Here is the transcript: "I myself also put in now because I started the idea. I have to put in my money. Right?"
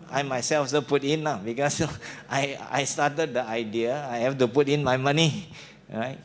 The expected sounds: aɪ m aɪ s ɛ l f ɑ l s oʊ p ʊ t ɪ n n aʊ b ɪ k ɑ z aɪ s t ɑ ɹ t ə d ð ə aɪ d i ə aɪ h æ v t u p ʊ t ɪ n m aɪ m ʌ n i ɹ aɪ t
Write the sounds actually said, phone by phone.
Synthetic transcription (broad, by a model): aɪ m aɪ s ɛ l f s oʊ p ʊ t ɪ n l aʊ b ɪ k ɑ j aɪ s t ɑ t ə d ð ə aɪ d i ə aɪ h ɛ f t u p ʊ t ɪ n m aɪ m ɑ n i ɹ aɪ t